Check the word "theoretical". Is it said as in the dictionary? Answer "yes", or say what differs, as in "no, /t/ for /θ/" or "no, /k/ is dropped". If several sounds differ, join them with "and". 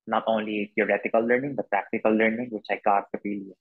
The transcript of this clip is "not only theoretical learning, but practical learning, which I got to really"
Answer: no, /t/ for /θ/